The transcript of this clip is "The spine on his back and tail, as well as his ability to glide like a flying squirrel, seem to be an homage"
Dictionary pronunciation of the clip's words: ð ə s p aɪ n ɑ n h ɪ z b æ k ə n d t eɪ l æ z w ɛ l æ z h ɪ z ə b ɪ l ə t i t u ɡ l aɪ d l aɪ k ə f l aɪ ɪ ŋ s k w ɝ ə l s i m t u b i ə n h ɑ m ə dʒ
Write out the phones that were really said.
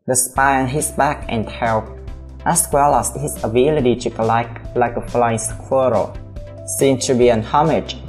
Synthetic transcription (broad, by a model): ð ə s p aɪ ɑ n h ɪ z b æ k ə n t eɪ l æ s w ɛ l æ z h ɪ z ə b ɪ l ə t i t u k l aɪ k l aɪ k ə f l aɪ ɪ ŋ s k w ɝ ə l s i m t u b i ə n h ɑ m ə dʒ